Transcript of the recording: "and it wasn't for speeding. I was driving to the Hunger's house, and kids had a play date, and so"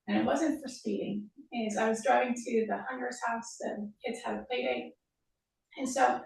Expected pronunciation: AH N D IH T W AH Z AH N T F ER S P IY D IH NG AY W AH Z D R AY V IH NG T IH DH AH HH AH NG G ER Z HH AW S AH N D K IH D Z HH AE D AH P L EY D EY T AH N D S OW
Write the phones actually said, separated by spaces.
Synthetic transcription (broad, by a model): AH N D IH T W AH Z AH N T F ER S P IY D IH NG AY W AH Z D R AY V IH NG T IH DH AH HH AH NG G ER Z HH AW S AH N K IH D Z HH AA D AH P L EY D EY T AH N S OW